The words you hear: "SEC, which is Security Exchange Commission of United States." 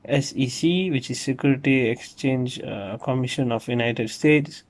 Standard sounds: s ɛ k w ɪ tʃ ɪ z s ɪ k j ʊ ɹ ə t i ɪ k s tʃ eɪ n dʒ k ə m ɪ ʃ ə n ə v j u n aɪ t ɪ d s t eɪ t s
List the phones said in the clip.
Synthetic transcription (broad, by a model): s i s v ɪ tʃ ɪ z s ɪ k j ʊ ɹ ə t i ɪ k s tʃ eɪ n dʒ k ə m ɪ ʃ ə n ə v j u n aɪ t ɪ d s t eɪ t s